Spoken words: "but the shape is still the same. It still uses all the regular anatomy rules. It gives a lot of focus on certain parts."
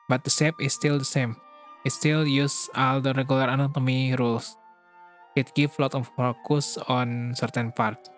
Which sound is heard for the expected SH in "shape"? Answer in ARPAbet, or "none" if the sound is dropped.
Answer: S